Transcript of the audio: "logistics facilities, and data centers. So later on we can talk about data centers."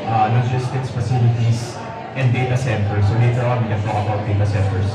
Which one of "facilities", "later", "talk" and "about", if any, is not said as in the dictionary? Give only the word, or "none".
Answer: facilities